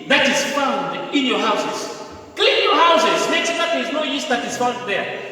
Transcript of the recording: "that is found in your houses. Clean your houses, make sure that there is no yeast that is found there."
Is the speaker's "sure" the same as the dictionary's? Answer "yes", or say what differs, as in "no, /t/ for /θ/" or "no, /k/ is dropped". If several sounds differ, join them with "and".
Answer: no, /s/ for /ʃ/